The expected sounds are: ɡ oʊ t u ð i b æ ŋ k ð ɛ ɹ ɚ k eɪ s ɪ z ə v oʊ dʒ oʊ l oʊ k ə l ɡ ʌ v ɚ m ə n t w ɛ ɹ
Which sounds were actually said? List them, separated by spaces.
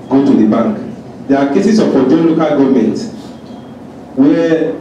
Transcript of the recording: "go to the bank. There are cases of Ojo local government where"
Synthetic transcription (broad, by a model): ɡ oʊ t u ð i b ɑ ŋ k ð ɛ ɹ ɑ k eɪ s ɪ s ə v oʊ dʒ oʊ l oʊ k ə l ɡ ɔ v m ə n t w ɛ